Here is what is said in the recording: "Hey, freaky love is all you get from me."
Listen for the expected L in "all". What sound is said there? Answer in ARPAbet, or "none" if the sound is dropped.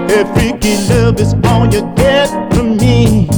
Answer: N